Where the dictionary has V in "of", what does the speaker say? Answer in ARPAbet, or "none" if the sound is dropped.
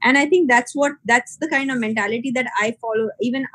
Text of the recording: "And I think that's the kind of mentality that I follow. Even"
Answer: V